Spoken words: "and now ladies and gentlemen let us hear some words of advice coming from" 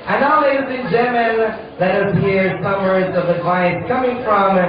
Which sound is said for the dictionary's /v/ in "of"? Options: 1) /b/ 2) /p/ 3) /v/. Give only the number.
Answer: 3